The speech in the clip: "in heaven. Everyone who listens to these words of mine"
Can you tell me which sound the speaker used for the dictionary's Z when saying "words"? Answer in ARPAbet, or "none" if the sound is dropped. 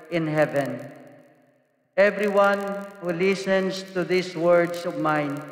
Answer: S